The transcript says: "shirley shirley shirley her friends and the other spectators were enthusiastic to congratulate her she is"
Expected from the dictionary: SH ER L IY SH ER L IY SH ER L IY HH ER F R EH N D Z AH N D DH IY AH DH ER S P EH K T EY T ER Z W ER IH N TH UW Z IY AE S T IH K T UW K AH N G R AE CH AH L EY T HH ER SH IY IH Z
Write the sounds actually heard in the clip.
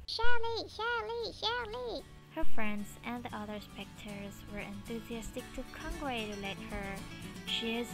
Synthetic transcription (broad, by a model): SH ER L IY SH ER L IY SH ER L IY HH ER F R EH N D Z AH N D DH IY AH DH ER S P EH K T T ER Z W ER IH N TH UW Z IY AE S T IH K T UW K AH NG G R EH AH L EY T HH ER SH IY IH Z